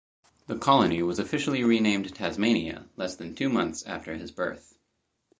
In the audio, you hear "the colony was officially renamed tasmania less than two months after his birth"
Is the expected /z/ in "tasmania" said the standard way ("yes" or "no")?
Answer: yes